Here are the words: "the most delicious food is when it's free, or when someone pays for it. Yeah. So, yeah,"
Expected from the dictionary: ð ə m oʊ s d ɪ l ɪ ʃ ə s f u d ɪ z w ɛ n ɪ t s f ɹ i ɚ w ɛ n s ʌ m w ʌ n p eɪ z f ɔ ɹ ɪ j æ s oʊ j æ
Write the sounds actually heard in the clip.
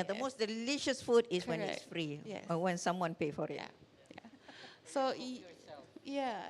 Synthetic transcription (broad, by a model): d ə m oʊ s d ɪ l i ʃ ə s f u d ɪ s w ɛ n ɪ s f ɹ i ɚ w ɛ n s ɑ m w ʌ n p eɪ f ɔ ɹ ɪ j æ s oʊ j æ